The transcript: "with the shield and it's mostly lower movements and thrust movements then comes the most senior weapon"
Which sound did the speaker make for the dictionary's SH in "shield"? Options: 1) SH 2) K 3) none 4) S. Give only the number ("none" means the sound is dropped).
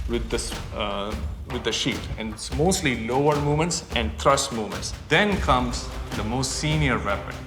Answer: 4